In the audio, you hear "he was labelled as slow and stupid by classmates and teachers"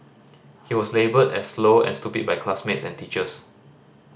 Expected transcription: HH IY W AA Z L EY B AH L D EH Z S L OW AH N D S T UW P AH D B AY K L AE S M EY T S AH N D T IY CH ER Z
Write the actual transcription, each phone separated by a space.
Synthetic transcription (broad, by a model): HH IY W AA S L EY B AH D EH S L OW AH N S T UW P AH D B AY K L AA S M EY T S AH N T IY CH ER S